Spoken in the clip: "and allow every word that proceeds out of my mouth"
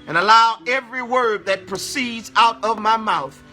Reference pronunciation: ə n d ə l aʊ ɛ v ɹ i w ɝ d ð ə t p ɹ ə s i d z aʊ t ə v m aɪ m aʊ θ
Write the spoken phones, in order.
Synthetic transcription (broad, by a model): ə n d ə l aʊ ɛ v ɹ i w ɝ d ð ə t p ɹ ə s i d z aʊ t ə v m aɪ m aʊ θ